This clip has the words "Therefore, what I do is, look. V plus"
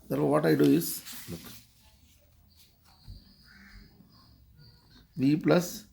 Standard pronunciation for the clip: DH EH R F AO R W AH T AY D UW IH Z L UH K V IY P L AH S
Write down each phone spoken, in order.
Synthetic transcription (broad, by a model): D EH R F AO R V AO T AY D UW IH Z L UH K V IY P L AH S